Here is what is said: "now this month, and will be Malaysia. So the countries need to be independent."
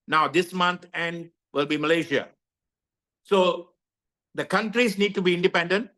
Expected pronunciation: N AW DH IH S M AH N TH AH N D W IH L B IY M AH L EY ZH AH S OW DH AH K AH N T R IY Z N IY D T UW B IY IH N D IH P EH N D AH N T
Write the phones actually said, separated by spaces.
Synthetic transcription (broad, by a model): N AW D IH S M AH N T AH N D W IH L B IY M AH L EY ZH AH S OW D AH K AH N T R IY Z N IY D T UW B IY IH N D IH P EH N D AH N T